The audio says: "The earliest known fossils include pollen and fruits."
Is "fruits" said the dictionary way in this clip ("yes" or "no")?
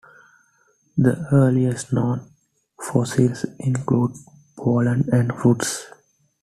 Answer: no